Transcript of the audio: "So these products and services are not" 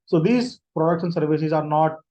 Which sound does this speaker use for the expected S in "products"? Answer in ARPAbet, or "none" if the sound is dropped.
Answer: SH